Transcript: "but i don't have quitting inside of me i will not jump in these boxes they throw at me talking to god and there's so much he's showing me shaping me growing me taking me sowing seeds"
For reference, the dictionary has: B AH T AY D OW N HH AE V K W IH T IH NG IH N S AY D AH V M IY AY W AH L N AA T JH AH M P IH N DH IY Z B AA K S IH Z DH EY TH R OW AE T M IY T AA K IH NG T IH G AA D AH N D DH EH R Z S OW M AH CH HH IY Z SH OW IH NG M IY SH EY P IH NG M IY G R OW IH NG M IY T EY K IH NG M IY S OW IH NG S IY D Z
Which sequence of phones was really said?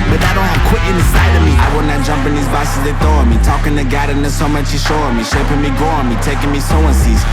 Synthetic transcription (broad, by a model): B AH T AY D OW N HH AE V K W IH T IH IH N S AY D AH V M IY AY W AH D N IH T JH AH M P IH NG DH IY Z B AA S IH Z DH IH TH OW M IY T AA K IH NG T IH G AA D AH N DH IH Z S OW M AH CH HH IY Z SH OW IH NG M IY SH EY P IH NG M IY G OW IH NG M IY T EY K IH NG M IY S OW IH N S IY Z